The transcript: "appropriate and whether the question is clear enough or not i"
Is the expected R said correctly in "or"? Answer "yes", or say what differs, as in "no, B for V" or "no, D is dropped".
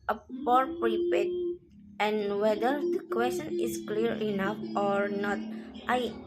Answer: yes